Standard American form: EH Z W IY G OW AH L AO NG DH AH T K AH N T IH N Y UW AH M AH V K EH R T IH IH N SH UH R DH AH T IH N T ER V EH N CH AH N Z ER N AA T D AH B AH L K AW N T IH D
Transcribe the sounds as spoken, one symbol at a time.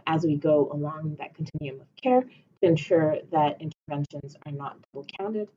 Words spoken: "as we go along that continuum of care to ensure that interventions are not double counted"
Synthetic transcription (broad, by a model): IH Z W IY G OW AH L AO NG DH AH T K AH N T IH N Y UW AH M AH V K EH R T IH IH N SH UH R DH AH T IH N T ER V EH N SH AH N Z ER N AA T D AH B L K AW N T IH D